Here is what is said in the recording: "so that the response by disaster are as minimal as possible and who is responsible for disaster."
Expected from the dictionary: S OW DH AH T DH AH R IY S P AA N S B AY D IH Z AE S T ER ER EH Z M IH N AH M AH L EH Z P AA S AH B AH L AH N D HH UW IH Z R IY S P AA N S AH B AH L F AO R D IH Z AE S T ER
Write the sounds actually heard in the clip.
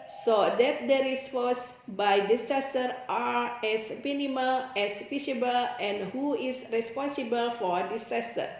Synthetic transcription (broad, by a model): S OW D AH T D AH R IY S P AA S B AY D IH S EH S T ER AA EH S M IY N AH M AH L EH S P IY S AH B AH L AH N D HH UW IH S R IY S P AA N S AH B AH L F AO R D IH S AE S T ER